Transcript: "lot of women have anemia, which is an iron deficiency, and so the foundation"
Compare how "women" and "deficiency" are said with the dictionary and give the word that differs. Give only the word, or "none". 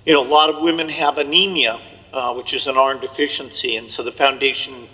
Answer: none